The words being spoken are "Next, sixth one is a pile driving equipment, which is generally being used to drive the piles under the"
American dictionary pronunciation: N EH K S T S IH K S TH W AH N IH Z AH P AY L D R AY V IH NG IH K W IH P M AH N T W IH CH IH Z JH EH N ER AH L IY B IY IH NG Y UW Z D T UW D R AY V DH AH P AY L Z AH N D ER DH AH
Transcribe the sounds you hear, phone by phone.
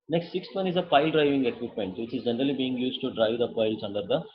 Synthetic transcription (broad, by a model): N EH K S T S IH K S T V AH N IH Z AH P AY L D R AY V IH NG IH K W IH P M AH N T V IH CH IH Z JH EH N ER AH L IY B IY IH NG Y UW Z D T UW D R AY V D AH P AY L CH AH N D ER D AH